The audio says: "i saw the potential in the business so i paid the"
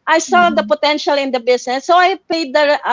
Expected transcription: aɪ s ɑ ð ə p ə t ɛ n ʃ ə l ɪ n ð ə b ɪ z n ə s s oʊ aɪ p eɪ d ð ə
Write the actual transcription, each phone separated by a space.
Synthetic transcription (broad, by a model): aɪ s ɑ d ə p ə t ɛ n ʃ ə l ɪ n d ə b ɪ s n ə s s oʊ aɪ p eɪ d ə